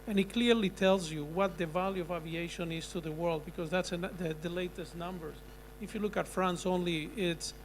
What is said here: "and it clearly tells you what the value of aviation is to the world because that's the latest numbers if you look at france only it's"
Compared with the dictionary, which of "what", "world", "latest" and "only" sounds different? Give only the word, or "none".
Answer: none